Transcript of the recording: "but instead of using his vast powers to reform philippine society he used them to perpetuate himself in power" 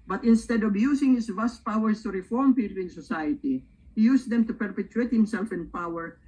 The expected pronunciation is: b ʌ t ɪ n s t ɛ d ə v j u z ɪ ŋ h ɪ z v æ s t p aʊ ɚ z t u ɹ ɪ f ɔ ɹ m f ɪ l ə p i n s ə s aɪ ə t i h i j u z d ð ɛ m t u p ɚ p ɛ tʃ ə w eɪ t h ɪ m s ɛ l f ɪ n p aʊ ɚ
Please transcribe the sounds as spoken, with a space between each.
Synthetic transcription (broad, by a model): b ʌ t ɪ n s t ɛ d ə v j u s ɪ ŋ h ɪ s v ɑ s t p aʊ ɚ s t u ɹ ɪ f ɔ ɹ m p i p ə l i n s ə s aɪ ə t i h i j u s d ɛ m t u p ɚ p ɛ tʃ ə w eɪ t h ɪ m s ɛ l f ɪ n p aʊ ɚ